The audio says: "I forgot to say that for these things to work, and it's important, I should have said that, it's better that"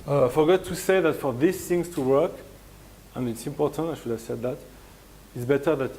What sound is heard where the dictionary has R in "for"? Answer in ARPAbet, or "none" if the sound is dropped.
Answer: R